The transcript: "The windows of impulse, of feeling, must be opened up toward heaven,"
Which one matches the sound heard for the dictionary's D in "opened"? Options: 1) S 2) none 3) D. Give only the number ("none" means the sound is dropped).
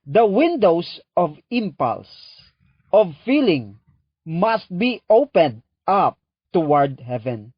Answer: 3